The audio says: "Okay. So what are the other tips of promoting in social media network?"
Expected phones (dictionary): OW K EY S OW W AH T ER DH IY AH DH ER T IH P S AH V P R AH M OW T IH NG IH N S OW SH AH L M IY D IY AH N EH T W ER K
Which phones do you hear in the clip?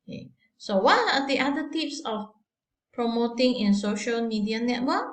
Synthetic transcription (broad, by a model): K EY S OW W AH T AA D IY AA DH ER T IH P S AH F P R AH M OW T IH NG IH N S OW SH AH L M IY D IY AH N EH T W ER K